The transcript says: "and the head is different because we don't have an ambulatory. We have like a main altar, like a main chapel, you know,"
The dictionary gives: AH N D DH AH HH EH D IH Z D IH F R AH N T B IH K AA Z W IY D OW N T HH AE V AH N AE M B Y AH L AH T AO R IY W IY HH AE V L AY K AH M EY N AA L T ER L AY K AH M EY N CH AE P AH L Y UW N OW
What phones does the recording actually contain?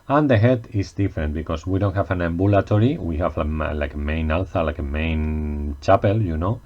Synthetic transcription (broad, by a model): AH N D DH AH HH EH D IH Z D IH F R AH N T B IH K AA S W IY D OW N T HH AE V AH N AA M B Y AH L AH T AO R IY W IY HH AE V L AY K AH M EY N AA L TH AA L AY K AH M EY N CH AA P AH L Y UW N OW